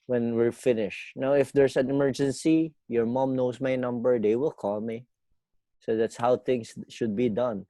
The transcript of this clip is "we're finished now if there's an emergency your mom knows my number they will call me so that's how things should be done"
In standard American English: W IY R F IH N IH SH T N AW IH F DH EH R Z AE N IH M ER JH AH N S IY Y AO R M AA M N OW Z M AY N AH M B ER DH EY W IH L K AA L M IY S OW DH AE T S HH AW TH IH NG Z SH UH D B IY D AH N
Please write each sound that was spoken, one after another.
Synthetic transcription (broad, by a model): W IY R F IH N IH SH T N AW IH F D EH R S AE N IH M ER JH AH N S IY Y AO R M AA M N OW S M AY N AH M B ER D EY W IH L K AA L M IY S OW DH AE T S HH AW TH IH NG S SH UH D B IY D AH N